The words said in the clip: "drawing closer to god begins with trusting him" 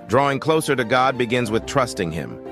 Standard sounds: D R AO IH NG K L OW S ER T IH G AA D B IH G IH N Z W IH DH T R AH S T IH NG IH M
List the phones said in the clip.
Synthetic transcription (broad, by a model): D R AO IH NG K L OW S ER T IH G AA D B IH G IH N Z W IH DH T R AH S T IH NG IH M